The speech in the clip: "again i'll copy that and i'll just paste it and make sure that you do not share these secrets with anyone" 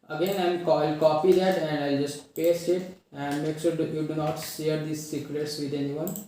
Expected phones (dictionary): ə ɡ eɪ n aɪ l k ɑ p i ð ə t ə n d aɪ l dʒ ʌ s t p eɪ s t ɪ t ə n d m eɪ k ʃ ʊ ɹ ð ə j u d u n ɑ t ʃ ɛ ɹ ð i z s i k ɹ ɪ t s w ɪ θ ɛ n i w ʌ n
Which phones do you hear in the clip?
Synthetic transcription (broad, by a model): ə ɡ eɪ n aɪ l k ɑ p i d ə t ə n d aɪ l dʒ ʌ s t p eɪ s ɪ t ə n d m eɪ k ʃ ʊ ɹ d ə j u d u n ɑ t ʃ ɛ ɹ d i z s i k ɹ ɪ t s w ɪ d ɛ n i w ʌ n